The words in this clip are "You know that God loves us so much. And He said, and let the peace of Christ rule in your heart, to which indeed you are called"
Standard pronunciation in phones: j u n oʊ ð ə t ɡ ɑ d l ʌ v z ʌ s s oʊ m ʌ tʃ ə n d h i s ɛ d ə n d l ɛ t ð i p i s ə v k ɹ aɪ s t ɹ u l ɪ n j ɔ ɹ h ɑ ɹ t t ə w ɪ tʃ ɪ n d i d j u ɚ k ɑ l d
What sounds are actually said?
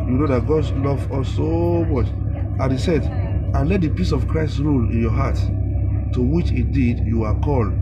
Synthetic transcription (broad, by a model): j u n oʊ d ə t ɡ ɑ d l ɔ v ɔ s s oʊ m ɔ tʃ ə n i s ɛ d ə n l ɛ t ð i p i s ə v k ɹ aɪ s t ɹ u l ɪ n j ɔ h ɑ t t ə w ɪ tʃ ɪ d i d j u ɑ k ɑ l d